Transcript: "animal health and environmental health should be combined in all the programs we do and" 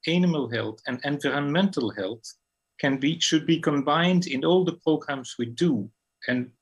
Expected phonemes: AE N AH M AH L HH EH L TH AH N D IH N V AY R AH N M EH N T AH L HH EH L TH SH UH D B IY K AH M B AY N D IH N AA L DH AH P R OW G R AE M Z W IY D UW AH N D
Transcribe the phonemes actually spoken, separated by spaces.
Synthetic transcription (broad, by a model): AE N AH M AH L HH EH L TH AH N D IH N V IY R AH N M EH N T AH L HH EH L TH SH UH D B IY K AH M B AY N D IH N AA L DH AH P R OW G R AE M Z W IY D UW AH N